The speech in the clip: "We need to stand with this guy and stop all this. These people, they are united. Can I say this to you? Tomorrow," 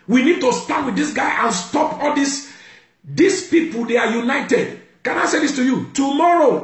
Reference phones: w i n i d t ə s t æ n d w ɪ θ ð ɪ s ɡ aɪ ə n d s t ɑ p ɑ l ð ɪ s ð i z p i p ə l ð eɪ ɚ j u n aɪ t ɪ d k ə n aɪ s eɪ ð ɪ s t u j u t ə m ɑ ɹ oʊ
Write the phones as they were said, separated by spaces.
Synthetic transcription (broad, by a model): w i n i d t ə s t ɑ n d w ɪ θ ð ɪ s ɡ aɪ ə n s t ɑ p ɑ l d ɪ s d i s p i p ə l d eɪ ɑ j u n aɪ t ɪ d k ə n aɪ s eɪ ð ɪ s t u j u t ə m ɑ ɹ oʊ